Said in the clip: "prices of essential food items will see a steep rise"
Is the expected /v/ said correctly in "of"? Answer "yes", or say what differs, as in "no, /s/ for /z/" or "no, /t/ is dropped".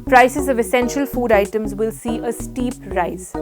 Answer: yes